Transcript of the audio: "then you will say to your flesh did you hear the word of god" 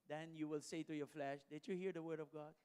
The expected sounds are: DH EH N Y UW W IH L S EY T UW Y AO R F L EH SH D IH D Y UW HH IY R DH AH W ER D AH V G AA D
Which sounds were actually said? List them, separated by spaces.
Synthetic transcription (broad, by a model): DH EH N Y UW W IH L S EY T UW Y AO R F L EH SH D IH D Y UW HH IY R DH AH W ER D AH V G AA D